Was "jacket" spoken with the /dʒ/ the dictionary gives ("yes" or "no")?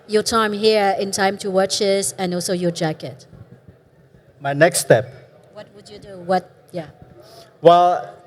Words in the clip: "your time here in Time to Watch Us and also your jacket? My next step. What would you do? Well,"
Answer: yes